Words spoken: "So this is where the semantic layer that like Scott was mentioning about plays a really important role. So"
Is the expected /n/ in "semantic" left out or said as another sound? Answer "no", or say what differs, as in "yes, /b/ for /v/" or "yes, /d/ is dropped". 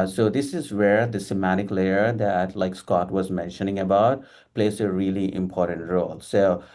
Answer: yes, /n/ is dropped